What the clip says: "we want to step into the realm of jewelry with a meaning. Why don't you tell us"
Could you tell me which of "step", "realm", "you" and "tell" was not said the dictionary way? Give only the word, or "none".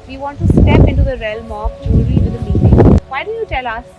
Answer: none